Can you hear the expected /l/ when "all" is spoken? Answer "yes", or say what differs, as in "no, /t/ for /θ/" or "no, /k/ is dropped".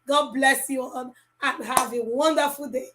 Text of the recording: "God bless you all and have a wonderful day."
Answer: no, /n/ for /l/